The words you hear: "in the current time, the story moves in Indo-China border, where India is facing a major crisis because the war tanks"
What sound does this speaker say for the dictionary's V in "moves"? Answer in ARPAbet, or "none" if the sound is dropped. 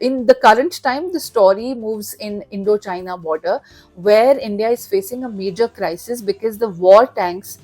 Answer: V